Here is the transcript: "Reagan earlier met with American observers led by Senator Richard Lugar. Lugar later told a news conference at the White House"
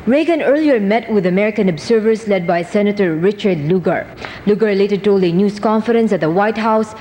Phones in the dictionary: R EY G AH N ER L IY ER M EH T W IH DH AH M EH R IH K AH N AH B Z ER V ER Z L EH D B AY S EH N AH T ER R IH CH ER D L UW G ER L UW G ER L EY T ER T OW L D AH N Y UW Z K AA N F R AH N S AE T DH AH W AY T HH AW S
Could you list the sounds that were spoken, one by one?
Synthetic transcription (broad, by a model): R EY G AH N ER L IY ER M EH T W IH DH AH M EH R IH K AH N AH B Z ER V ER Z L EH D B AY S EH N AH T ER R IH CH ER D L UW G ER L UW G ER L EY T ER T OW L AH N Y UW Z K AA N F R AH N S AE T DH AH W AY T HH AW S